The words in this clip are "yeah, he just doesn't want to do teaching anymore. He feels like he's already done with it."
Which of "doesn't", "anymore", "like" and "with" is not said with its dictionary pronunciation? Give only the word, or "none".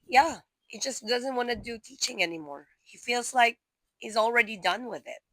none